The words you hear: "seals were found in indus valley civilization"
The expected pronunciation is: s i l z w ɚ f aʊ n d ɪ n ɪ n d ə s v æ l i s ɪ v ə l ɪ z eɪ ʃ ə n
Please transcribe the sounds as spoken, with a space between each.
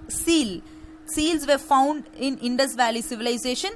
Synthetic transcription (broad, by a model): s i l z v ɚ f aʊ n d ɪ n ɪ n d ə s v æ l i s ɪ v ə l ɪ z eɪ ʃ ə n